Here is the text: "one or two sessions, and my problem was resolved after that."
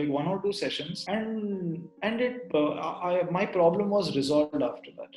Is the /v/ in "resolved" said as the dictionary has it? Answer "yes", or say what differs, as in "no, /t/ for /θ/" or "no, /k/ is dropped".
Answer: yes